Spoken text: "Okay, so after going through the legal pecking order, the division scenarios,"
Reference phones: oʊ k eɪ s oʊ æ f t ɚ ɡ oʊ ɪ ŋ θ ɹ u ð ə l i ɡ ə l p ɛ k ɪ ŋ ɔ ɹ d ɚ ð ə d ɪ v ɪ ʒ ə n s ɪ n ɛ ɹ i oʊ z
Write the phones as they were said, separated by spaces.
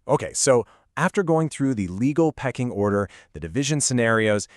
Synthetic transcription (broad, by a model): oʊ k eɪ s oʊ æ f t ɚ ɡ oʊ ɪ ŋ θ ɹ u ð ə l i ɡ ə l p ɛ k ɪ ŋ ɔ ɹ d ɚ ð ə d ɪ v ɪ ʒ ə n s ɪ n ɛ ɹ i oʊ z